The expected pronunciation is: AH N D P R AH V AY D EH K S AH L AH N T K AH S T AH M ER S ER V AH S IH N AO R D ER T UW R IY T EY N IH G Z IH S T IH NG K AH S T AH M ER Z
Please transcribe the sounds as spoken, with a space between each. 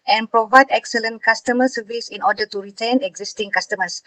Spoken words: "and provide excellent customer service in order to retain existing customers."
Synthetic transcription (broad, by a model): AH N P R AH V AY D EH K S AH L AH N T K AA S T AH M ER S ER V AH S IH N AO D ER T UW R IY T EY N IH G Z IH S T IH NG K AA S T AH M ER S